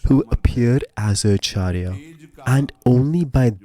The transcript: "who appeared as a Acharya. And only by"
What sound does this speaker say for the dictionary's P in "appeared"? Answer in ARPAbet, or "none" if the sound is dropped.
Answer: P